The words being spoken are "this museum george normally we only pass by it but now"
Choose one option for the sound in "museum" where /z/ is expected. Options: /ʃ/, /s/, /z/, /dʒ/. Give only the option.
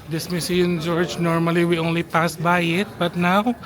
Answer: /s/